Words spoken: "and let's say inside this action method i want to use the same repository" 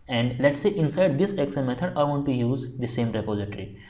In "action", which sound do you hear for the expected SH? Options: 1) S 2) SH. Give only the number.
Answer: 1